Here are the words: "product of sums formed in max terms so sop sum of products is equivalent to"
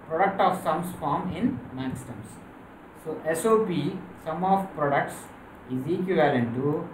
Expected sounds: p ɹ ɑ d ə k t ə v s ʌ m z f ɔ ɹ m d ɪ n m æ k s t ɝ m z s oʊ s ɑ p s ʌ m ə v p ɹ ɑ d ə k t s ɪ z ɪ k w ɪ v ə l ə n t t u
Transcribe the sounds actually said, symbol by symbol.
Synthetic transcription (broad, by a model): p ɹ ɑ d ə k t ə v s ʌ m s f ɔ ɹ m ɪ n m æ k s t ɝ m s s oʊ s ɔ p s ʌ m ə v p ɹ ɑ d ə k t s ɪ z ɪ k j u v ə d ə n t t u